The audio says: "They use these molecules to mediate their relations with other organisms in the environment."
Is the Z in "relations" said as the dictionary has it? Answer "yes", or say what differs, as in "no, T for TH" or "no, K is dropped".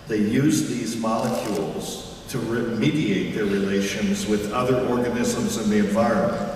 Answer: yes